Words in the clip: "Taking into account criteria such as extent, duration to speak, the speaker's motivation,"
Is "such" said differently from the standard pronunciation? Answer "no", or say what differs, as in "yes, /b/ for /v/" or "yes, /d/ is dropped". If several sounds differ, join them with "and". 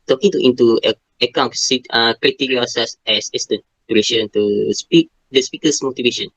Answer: yes, /s/ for /tʃ/